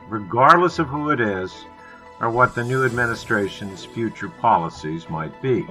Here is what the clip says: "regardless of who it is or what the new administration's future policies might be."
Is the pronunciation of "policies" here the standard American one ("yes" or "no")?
yes